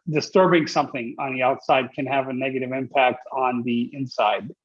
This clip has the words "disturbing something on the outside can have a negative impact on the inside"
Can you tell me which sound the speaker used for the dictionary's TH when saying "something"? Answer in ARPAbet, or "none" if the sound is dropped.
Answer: TH